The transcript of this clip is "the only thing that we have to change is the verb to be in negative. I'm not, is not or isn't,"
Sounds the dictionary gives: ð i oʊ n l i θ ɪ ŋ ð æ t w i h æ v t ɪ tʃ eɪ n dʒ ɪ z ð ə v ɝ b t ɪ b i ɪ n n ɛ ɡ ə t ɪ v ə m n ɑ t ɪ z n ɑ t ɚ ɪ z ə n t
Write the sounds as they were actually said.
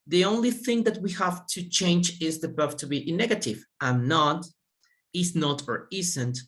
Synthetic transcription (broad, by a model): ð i oʊ n l i θ ɪ ŋ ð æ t w i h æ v t ɪ tʃ eɪ n dʒ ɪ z ð ə b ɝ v t ɪ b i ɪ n n ɛ ɡ ə t ɪ v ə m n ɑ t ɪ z n ɑ t ɚ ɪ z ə n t